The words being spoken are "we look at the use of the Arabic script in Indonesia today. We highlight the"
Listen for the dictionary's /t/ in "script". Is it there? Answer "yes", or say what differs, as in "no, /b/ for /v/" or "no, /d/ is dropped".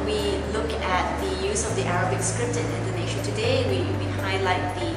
yes